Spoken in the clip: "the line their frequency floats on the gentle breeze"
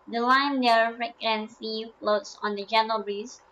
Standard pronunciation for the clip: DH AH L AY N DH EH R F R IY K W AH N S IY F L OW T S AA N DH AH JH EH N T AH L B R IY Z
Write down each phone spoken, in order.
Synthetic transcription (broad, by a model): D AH L AY N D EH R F R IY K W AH N S IY F L OW T S AA N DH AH JH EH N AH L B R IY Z